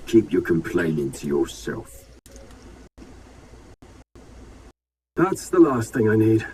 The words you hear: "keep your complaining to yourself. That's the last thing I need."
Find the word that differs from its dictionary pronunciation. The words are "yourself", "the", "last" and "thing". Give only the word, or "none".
none